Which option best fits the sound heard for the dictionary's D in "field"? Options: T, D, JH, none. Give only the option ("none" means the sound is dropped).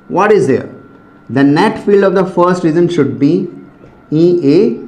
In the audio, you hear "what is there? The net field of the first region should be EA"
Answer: D